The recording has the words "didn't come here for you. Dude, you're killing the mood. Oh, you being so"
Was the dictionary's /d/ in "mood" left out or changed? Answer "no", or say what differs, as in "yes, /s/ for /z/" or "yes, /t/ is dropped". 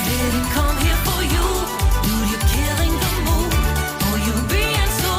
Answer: yes, /d/ is dropped